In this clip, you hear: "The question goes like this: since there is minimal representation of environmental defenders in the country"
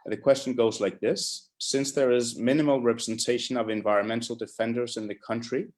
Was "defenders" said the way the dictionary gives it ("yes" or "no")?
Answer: yes